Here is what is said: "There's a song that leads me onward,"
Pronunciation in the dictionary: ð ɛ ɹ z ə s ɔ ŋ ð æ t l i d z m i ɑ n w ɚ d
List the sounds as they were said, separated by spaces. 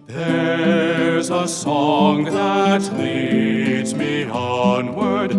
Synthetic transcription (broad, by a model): ð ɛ ɹ z ə s ɔ ŋ ð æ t l i d z m i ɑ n w ɚ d